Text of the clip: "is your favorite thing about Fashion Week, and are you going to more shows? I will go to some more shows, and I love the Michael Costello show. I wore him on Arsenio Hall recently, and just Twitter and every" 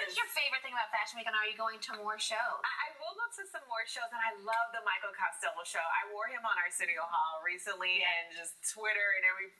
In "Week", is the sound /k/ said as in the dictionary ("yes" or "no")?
no